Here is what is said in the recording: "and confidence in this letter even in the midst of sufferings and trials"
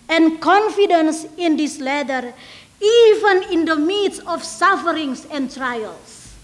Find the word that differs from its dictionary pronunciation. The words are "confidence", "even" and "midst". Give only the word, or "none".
midst